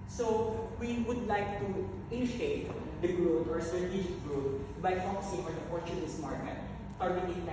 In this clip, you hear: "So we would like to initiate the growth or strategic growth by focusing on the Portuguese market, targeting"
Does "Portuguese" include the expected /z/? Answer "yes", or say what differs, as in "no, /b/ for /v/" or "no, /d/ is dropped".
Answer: no, /s/ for /z/